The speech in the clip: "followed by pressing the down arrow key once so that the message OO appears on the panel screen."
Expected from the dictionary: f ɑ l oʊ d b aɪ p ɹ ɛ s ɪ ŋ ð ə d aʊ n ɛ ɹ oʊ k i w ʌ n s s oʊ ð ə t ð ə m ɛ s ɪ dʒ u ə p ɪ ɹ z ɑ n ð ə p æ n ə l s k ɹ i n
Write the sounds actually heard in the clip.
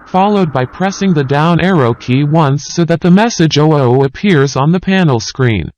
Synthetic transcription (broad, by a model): f ɑ l oʊ d b aɪ p ɹ ɛ s ɪ ŋ ð ə d aʊ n ɛ ɹ oʊ k i w ʌ n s s oʊ ð ə t ð ə m ɛ s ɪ dʒ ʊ ə p ɪ ɹ z n ð ə p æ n l s k ɹ i n